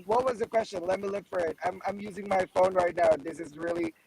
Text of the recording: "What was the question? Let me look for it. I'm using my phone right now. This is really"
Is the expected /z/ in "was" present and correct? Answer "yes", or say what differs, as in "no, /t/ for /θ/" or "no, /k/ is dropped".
yes